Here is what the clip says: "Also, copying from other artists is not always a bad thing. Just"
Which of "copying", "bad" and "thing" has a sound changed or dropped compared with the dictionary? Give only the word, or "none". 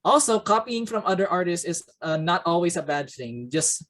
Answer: none